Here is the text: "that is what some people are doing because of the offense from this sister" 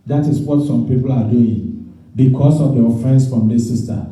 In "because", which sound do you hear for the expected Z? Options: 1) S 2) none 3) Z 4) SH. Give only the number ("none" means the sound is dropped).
1